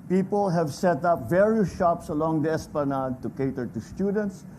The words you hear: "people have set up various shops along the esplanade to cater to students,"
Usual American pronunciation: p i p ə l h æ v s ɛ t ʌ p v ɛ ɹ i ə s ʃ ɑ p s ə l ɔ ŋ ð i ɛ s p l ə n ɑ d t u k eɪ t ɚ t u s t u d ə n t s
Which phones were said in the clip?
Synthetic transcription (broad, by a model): p i p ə l h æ v s ɛ t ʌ p v ɛ ɹ i ə s ʃ ɑ p s ə l ɔ ŋ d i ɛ s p ə n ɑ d t u k eɪ t ɚ t u s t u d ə n t s